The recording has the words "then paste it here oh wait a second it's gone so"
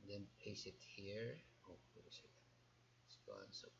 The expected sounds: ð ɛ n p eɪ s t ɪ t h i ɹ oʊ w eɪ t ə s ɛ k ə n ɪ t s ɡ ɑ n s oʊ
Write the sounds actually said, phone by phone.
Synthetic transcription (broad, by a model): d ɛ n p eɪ s ɪ t h i ɹ oʊ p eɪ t ə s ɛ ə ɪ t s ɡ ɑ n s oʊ